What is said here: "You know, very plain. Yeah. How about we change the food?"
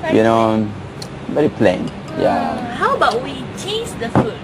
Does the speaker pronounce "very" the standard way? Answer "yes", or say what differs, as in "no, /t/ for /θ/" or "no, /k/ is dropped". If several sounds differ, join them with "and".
no, /b/ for /v/